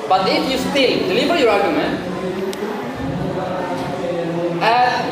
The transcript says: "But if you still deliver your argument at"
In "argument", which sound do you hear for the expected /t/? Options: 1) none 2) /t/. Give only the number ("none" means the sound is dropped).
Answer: 1